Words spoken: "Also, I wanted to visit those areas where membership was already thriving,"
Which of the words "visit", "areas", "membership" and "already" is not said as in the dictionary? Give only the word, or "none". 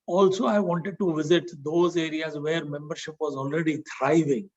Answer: none